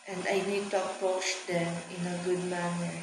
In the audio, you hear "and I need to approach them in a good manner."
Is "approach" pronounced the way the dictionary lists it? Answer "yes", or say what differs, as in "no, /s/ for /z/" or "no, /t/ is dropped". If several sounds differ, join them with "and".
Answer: no, /ɹ/ is dropped